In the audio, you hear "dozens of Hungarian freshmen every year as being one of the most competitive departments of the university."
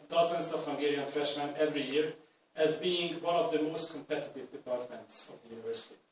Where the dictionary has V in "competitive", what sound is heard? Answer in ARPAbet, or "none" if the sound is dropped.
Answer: V